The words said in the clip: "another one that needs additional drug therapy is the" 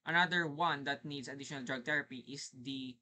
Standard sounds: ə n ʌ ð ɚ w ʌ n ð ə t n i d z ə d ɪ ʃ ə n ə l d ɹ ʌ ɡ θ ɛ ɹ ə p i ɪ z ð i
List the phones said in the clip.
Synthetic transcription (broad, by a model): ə n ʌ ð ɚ w ʌ n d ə t n i d s ə d ɪ ʃ ə n ə l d ɹ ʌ ɡ t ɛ ɹ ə p i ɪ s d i